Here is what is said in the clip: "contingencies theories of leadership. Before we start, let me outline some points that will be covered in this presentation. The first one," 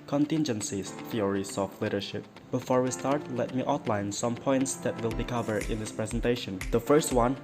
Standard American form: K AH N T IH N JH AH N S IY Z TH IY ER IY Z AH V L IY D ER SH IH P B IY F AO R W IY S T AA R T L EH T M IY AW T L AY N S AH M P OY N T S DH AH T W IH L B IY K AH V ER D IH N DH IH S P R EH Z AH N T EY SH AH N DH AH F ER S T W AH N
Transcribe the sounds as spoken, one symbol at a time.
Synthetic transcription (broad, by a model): K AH N T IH N JH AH N S IY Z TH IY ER IY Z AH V L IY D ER SH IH P B IY F AO R W IY S T AA R T L EH T M IY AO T L AY N S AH M P OY N T S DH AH T W IH L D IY K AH V ER IH N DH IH S P R EH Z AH N T EY SH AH N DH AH F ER S T W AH N